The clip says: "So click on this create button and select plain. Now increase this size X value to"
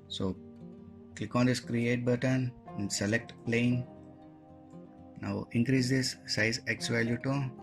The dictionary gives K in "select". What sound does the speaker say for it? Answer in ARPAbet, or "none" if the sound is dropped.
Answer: K